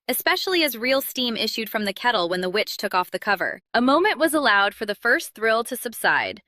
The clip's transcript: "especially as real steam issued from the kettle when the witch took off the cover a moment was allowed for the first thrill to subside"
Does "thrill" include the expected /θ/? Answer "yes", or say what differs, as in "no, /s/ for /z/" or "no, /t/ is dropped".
yes